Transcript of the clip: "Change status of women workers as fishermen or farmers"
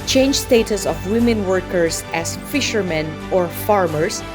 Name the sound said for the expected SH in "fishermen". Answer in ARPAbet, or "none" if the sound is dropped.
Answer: SH